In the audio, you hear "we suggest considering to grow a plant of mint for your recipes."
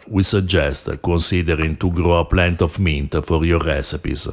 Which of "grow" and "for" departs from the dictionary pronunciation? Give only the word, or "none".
none